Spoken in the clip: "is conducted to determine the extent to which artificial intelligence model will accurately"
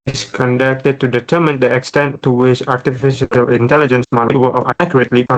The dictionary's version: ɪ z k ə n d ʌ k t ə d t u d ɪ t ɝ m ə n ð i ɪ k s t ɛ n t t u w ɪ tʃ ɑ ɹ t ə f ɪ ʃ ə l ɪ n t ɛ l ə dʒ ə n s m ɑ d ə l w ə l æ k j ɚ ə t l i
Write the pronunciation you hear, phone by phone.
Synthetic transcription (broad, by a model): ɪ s k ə n d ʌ k t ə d t u d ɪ t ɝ m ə n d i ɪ k s t ɛ n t t u w ɪ tʃ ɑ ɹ t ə f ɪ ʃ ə l ɪ n t ɛ l ə dʒ ə n s m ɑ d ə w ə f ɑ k j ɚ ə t l i